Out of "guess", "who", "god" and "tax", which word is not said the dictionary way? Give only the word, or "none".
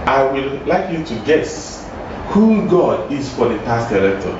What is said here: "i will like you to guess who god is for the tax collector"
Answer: tax